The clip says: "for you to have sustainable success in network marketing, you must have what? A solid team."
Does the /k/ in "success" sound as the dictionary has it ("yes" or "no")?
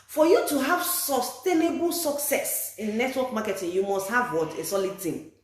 yes